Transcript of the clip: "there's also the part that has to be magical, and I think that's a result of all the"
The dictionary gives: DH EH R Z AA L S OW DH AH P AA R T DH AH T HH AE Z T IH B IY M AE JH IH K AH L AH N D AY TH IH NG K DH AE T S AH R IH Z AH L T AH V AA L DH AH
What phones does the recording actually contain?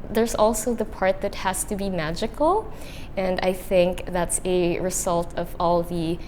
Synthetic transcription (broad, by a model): DH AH R Z AA L S OW DH AH P AA R T DH AH T HH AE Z T IH B IY M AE JH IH K L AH N AY TH IH NG K DH AE T S AH R IH Z AH L T AH V AA L DH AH